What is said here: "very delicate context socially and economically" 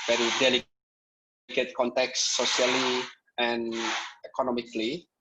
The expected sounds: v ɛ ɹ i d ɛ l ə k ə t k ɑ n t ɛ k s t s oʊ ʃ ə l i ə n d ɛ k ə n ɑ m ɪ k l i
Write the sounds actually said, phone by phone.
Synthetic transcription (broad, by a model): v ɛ ɹ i d ɛ l ə k ə t k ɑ n t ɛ k s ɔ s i ə l i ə n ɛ k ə n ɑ m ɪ k l i